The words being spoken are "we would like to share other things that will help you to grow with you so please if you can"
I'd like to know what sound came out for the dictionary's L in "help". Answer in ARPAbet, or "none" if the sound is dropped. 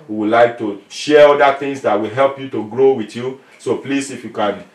L